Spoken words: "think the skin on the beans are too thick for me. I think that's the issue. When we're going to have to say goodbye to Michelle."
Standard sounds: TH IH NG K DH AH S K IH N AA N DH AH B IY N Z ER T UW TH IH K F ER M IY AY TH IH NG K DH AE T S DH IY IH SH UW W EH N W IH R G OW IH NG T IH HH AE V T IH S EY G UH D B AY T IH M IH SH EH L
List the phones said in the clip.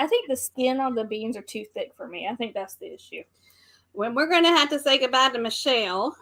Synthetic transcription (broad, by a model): TH IH NG K DH AH S K IH N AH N DH AH B IY N Z ER T UW TH IH K F ER M IY AY TH IH NG K DH AE T S DH IY IH SH UW W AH N W IH R G OW IH NG T IH HH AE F T IH S EY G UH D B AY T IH M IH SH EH L